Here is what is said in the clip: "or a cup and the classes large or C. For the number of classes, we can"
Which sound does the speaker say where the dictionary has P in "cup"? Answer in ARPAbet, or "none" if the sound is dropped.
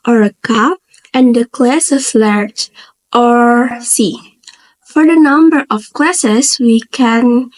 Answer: none